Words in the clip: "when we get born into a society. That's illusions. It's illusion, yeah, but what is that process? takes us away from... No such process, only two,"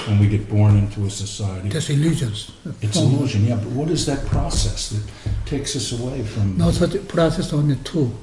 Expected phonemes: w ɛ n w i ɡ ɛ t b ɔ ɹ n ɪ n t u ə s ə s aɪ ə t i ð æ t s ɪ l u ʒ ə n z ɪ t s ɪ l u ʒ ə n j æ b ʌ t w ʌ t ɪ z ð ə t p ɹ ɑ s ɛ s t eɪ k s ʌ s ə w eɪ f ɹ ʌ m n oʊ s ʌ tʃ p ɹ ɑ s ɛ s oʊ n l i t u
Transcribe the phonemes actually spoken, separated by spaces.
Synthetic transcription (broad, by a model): w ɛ n w i ɡ ɛ t b ɔ ɹ n ɪ n t u ə s ə s aɪ ə t i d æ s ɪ l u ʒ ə n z ɪ t s ɪ l u ʒ ə n j æ b ʌ t w ʌ t ɪ z ð ə t p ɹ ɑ s ɛ s t eɪ k s ʌ s ə w eɪ f ɹ ʌ m n oʊ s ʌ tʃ p ɹ ɑ s ɛ s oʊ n i t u